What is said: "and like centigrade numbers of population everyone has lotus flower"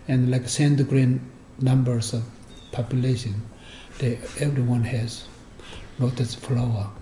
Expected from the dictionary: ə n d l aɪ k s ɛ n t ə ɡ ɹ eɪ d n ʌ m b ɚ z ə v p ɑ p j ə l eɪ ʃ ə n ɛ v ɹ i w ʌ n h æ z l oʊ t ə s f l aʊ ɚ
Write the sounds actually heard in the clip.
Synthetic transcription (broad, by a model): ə n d l aɪ k s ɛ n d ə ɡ ɹ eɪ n n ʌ m b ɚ s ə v p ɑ p j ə l eɪ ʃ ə n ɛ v ɹ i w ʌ n h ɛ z n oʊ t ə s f l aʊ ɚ